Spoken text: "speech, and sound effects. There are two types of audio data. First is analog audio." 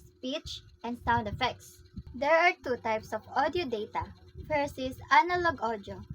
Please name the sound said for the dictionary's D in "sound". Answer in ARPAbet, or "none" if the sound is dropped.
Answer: D